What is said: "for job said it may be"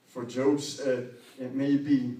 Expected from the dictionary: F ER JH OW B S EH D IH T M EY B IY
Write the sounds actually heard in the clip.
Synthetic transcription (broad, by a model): F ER JH OW B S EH IH T M EY B IY